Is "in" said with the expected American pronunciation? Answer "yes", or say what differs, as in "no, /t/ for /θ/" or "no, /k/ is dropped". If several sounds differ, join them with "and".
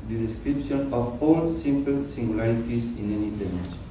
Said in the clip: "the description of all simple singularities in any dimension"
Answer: yes